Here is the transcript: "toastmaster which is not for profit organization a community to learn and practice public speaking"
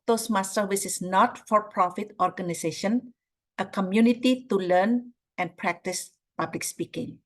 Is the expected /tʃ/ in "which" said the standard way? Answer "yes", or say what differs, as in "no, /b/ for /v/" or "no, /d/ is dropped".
no, /s/ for /tʃ/